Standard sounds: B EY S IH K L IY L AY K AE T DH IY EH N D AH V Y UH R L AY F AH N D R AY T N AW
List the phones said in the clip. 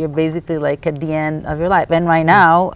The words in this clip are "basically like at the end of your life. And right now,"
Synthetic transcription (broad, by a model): B EY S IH K L IY L AY K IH T DH IY EH N D AH V Y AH R L AY F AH N R AY T N AW